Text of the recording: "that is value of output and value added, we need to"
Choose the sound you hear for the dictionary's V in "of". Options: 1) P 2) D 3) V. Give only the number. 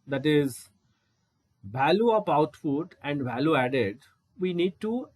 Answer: 1